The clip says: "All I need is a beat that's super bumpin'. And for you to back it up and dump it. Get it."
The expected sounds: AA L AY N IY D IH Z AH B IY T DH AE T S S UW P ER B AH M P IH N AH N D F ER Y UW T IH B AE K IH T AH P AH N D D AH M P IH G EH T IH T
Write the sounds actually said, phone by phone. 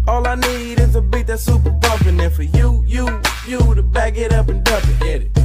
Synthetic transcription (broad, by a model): AA L AY N IY D IH Z AH B IY T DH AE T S S UW P ER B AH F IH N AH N F ER Y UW T IH B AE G IH T AH P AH N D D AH P IH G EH T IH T